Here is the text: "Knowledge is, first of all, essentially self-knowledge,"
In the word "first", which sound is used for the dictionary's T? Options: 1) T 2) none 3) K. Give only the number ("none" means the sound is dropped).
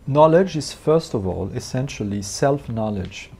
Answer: 1